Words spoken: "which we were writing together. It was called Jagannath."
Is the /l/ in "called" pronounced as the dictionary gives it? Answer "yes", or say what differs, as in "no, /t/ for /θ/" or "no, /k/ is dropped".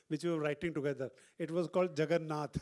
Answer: yes